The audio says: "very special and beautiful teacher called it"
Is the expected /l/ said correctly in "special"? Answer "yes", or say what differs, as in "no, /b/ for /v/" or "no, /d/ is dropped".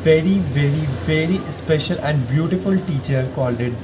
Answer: yes